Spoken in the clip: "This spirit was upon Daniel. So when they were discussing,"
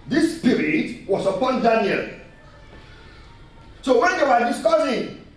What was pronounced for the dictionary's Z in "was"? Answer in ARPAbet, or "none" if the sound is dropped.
S